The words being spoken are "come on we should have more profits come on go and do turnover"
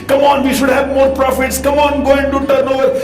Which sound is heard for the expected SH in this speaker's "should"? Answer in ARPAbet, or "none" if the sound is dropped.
SH